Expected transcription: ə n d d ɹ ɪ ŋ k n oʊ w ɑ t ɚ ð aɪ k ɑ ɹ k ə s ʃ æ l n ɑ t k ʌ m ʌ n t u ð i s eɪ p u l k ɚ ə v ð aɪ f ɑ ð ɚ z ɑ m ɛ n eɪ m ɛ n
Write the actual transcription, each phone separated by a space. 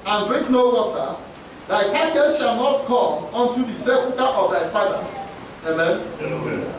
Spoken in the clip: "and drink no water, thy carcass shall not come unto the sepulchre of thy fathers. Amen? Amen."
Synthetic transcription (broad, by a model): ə n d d ɹ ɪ ŋ k n oʊ w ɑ t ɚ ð aɪ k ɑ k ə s ʃ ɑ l n ɑ t k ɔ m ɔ n t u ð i s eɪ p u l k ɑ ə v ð aɪ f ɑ ɪ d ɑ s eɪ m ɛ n